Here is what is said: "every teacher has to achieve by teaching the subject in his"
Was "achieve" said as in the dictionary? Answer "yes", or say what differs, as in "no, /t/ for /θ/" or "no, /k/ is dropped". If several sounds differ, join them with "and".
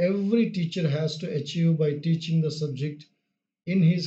yes